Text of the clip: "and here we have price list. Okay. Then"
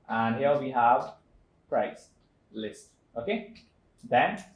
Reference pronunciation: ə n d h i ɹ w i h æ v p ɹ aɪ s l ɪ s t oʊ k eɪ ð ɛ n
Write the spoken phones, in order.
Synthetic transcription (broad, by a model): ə n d h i l w i h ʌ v p ɹ aɪ s l ɪ s t oʊ k eɪ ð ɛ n